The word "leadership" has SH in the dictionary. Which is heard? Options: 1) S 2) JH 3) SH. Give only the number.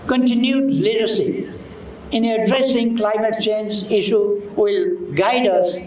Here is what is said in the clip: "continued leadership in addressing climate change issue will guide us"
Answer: 1